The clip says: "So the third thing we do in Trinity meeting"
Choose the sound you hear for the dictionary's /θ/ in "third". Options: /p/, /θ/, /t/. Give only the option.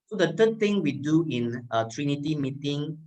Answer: /t/